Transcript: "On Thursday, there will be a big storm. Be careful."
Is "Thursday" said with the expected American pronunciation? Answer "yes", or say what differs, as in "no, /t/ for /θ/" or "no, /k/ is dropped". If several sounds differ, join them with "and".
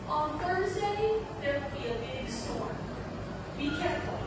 yes